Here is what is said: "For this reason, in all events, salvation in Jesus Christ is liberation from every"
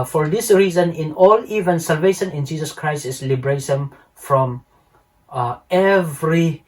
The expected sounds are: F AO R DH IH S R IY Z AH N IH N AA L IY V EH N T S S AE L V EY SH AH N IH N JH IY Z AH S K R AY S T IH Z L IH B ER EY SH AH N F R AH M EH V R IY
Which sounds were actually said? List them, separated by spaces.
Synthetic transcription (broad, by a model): F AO R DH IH S R IY Z AH N IH N AA L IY V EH N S S AE L V EY SH AH N IH N JH IY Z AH S K R AY S T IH S L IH B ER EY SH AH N F R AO M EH V R IY